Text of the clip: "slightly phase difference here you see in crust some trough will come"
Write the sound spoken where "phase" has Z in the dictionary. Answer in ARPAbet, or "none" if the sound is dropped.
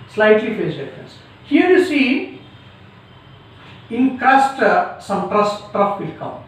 S